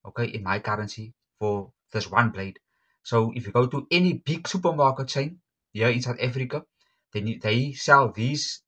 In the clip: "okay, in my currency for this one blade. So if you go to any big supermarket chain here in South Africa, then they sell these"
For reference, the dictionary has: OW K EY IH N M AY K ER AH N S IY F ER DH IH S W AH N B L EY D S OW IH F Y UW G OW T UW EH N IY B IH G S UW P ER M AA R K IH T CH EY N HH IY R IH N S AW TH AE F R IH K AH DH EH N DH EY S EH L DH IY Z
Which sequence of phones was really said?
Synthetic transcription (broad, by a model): OW K EY IH N M AY K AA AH N S IY F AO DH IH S W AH N B L EY D S OW IH F Y UW G OW T UW EH N IY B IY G S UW P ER M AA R K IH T CH EY N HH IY IH N S AW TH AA F R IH K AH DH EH N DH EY S EH L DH IY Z